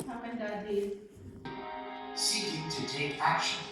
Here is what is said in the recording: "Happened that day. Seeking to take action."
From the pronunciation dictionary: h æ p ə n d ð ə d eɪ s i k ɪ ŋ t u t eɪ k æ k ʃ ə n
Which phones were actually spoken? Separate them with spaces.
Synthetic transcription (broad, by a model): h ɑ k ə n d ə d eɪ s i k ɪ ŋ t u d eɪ æ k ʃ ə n